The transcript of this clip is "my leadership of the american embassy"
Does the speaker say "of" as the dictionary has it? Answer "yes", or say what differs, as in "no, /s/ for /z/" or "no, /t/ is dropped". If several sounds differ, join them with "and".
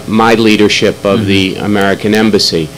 yes